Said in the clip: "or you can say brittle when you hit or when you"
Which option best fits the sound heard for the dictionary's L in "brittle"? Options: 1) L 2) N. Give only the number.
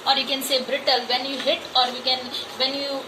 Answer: 1